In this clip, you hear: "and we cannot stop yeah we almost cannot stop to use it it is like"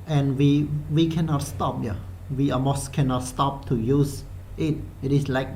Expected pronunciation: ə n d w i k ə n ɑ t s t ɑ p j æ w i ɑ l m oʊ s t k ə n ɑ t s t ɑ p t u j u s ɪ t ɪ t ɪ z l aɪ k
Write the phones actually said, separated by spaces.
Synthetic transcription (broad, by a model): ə n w w i k ə n ɑ t s t ɑ p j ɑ w i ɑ m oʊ s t k ə n ɑ t s t ɑ p t u j u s ɪ t ɪ t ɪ s l aɪ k